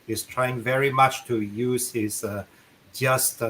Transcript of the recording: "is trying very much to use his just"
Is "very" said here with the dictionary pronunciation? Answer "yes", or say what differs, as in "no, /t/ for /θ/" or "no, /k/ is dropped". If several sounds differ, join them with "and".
yes